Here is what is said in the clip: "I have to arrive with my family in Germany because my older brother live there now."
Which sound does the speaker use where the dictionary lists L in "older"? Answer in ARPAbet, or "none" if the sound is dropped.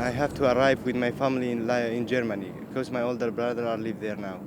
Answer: L